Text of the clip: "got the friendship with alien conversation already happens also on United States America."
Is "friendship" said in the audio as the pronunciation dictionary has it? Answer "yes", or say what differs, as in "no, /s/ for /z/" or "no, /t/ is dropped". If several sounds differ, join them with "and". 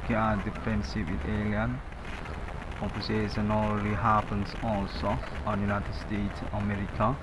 no, /ɹ/ is dropped and /s/ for /ʃ/